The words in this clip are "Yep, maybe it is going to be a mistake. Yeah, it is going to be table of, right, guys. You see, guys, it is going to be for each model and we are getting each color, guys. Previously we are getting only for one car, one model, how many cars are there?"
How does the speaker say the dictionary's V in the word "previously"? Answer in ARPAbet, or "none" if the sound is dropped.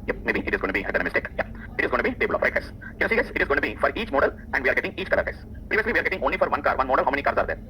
V